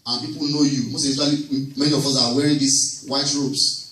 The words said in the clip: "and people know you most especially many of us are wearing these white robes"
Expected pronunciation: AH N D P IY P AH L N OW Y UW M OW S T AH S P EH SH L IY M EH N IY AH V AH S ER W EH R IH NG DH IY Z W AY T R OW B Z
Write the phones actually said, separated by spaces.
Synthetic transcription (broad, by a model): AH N P IY P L N OW Y UW M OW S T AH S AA L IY M EH N IY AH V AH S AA W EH R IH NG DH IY S W AY T R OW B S